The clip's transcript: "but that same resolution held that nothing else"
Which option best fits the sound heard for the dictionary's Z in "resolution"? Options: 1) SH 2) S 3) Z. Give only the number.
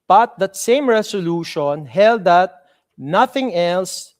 2